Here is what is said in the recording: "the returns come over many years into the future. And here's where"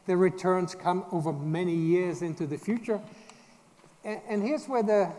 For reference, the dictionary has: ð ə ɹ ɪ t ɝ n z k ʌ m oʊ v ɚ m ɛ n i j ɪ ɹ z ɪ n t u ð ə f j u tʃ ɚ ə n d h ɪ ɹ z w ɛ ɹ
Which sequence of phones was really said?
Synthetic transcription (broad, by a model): ð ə ɹ ɪ t ɝ n z k ʌ m oʊ v ɚ m ɛ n i j ɪ ɹ z ɪ n t u ð ə f j u tʃ ɚ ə n h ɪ ɹ z w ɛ ɹ